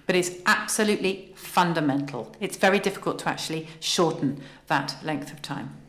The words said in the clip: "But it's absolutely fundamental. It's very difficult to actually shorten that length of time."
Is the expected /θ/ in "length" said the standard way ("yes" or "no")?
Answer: yes